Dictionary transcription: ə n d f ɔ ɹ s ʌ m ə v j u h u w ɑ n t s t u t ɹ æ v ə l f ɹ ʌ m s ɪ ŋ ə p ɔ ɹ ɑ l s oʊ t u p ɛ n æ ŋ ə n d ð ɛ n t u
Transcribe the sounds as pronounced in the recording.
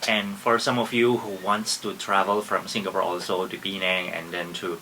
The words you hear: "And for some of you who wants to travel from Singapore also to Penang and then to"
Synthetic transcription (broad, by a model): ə n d f ɔ ɹ s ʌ m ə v j u h u w ɑ n t s t u t ɹ æ v ə l f ɹ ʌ m s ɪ ŋ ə p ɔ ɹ ɑ l s oʊ t u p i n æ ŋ ə n d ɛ n t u